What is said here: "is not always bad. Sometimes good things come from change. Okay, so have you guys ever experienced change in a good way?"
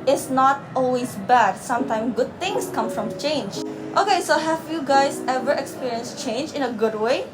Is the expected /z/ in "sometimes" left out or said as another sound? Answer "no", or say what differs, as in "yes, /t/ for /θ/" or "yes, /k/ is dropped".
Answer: yes, /z/ is dropped